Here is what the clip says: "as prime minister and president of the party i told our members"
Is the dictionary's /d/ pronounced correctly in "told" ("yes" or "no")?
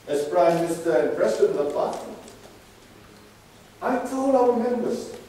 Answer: no